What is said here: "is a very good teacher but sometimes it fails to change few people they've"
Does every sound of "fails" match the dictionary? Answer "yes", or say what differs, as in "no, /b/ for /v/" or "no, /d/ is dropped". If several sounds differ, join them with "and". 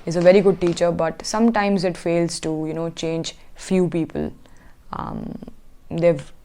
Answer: yes